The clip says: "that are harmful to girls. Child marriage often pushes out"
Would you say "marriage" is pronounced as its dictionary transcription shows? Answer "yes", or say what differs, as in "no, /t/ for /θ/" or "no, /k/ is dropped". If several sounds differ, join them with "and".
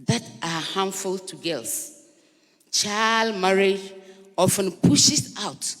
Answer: no, /dʒ/ is dropped